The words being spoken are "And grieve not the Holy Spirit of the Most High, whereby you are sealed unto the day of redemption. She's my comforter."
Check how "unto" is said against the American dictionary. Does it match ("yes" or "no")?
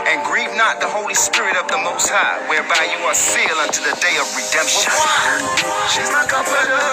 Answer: yes